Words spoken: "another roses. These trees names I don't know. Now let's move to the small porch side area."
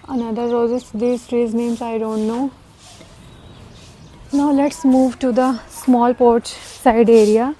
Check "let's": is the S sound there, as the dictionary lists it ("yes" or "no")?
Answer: yes